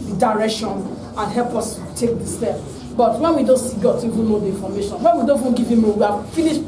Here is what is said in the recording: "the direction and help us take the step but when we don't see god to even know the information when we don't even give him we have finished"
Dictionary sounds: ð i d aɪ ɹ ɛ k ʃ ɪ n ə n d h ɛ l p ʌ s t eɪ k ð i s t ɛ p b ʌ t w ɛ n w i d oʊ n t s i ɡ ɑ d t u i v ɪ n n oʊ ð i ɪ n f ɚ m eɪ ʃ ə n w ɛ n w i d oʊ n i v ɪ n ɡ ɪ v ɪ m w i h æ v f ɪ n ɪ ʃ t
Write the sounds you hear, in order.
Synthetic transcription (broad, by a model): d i d aɪ ɹ ɛ k ʃ ɪ n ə n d h ɛ l p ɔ s t eɪ k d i s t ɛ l b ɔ t w ɛ n w i d oʊ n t s i ɡ ɑ d t u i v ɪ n n oʊ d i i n f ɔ m eɪ ʃ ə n w ɛ n w i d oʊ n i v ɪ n ɡ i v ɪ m w i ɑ f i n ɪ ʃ